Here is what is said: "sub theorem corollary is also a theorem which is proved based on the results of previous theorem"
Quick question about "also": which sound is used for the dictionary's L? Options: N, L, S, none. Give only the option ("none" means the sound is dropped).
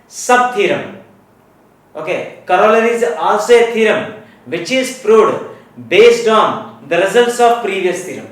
none